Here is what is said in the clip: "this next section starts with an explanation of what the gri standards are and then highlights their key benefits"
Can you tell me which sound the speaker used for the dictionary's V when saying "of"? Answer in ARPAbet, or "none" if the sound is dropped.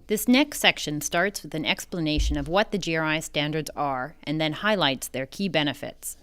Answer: V